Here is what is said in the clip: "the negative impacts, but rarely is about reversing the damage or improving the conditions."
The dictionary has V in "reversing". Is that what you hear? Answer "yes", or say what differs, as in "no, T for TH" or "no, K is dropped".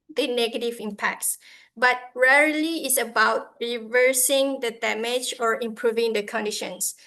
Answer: yes